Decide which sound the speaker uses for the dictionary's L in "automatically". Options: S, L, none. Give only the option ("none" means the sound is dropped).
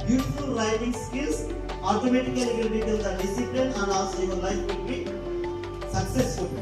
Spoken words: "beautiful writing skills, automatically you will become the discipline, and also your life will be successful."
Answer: none